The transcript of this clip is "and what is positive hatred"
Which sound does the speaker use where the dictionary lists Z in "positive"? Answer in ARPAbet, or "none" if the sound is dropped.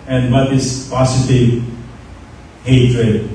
S